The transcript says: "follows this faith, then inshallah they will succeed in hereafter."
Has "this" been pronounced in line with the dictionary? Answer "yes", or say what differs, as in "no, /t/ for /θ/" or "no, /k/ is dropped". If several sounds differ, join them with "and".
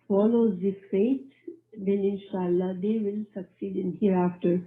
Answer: no, /s/ is dropped